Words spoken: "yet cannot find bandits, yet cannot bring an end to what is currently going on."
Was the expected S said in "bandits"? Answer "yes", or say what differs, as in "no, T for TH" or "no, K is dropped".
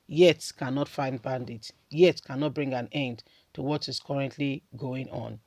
no, S is dropped